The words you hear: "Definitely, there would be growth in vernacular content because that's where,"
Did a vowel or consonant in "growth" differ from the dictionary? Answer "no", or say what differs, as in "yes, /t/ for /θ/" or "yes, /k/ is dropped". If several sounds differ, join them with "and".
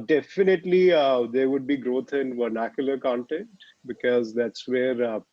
yes, /t/ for /θ/